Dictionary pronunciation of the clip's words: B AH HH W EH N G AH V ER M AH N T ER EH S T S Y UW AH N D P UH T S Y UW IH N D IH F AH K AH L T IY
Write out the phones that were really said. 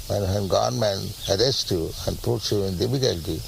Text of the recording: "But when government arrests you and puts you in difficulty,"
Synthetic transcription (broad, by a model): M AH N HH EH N G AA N M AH N ER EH S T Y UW AH N D P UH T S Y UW IH N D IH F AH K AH L T IY